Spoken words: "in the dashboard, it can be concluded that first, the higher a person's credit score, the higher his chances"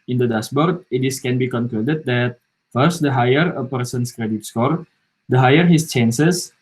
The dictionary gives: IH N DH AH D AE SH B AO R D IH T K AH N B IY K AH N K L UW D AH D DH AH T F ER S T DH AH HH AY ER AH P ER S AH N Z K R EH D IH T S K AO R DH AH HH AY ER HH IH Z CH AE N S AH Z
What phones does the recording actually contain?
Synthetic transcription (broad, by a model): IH N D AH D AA S B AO R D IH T K AH N B IY K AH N K L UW D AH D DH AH T F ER S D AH HH AY ER AH P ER S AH N S K R EH D IH T S K AO R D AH HH AY ER HH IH S CH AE N S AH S